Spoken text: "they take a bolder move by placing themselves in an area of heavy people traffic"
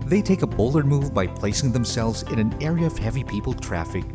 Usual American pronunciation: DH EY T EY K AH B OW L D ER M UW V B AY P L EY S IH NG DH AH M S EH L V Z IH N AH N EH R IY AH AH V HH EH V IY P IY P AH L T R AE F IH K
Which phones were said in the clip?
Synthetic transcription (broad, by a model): DH EY T EY K AH B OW L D ER M UW V B AY P L EY S IH NG DH AH M S EH L V Z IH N AH N EH R IY AH AH V HH EH V IY P IY P L T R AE F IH K